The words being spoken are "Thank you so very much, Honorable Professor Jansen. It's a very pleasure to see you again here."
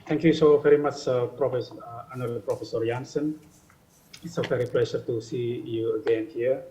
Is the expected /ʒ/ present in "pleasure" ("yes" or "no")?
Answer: no